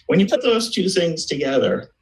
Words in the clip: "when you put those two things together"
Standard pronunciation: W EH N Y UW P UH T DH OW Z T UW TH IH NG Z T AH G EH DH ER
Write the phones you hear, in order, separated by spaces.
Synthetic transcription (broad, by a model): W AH N Y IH P UH T DH OW Z T UW TH IH NG Z T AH G EH DH ER